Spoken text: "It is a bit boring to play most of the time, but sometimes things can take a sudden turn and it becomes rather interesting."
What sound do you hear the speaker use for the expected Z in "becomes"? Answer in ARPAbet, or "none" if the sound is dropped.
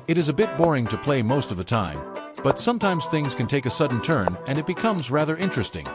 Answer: Z